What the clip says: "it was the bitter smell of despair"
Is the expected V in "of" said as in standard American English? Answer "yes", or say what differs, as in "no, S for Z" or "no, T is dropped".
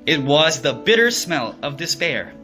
yes